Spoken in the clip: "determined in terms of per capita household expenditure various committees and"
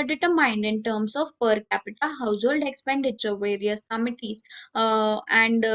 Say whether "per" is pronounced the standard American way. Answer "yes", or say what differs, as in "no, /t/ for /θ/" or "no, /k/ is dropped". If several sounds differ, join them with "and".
yes